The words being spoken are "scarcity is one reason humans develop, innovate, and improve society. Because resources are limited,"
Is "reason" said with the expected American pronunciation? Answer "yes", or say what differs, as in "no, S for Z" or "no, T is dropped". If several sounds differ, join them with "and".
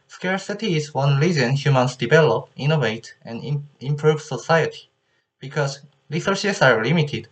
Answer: no, L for R